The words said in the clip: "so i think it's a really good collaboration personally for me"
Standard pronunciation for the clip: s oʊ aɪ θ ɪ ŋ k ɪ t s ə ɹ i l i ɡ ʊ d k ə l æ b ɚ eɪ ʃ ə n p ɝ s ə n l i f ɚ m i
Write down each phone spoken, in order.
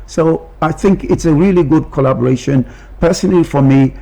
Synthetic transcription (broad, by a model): s oʊ aɪ θ ɪ ŋ k ɪ t s ə ɹ i l i ɡ ʊ d k ə l æ b ɚ eɪ ʃ ə n p ɝ s ə n l i f ɚ m i